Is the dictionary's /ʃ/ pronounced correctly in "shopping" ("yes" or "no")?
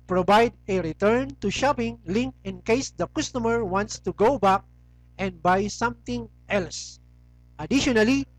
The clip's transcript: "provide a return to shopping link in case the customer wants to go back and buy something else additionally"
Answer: yes